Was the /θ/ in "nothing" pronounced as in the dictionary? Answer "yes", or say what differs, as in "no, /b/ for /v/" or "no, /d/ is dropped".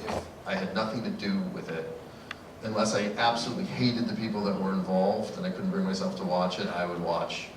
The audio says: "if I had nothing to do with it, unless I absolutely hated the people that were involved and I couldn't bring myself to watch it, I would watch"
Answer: yes